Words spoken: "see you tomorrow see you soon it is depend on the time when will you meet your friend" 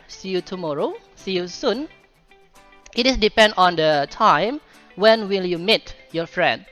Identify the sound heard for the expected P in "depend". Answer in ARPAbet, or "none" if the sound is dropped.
P